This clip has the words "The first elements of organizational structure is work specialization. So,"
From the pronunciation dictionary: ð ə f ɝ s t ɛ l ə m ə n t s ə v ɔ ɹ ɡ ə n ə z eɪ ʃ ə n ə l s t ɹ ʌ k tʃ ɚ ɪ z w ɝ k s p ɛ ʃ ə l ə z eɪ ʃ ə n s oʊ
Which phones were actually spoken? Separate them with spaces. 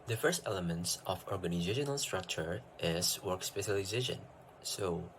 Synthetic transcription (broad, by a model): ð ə f ɝ s t ɛ l ə m ə n t s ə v ɔ ɹ ɡ ə n ə z eɪ ʃ ə n ə l s t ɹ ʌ k tʃ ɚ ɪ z w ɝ k s p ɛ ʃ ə l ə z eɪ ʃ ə n s oʊ